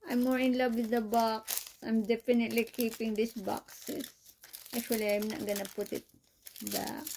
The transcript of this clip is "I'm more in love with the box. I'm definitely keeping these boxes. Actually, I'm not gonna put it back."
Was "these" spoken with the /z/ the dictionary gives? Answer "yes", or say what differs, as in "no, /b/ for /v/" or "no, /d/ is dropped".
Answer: no, /s/ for /z/